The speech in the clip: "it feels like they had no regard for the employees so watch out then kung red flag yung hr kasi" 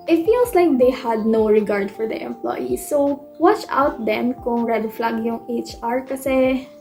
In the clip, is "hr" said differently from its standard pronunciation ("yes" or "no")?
no